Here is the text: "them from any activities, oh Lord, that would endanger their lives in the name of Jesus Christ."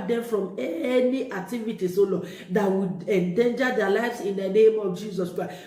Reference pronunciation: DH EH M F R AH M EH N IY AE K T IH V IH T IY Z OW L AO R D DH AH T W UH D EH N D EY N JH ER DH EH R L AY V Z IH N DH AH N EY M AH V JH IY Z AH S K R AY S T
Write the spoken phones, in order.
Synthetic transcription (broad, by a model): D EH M F R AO M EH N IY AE K T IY V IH T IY S OW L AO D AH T W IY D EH N D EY N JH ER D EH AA L AY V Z IH N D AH N EY M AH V JH IY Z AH S K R AY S